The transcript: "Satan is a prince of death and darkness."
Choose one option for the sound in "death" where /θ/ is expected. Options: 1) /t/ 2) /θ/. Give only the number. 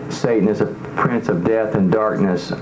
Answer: 2